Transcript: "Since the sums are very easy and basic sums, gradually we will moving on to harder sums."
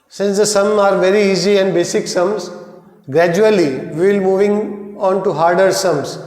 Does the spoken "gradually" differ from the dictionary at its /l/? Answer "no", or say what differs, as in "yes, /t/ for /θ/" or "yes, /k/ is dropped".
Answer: yes, /l/ is dropped